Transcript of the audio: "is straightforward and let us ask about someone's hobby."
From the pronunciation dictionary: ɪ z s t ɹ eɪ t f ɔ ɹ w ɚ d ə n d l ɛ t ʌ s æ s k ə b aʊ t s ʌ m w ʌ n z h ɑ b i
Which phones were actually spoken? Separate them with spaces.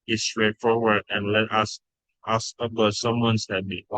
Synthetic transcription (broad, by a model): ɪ s t ɹ eɪ t f ɔ ɹ w ɚ d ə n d l ɛ t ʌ s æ s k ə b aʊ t s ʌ m w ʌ n s h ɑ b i